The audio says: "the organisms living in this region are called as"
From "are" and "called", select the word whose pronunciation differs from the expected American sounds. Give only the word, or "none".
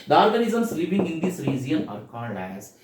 called